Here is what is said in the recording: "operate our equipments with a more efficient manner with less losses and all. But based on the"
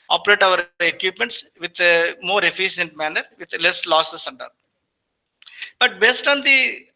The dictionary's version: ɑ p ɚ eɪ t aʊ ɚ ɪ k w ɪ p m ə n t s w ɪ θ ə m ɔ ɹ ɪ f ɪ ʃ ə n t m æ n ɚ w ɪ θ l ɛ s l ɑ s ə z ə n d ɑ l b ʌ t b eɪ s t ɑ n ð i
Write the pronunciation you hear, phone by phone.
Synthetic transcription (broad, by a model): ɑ p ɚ eɪ t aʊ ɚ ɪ k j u p m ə n t s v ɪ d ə m ɔ ɹ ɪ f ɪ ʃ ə n t m æ n ɚ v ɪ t l ɛ s l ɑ s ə s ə n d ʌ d b ʌ t b eɪ s t ɑ n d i